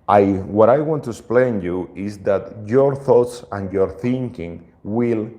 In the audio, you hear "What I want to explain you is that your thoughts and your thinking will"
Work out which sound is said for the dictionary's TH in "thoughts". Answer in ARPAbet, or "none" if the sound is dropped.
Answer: TH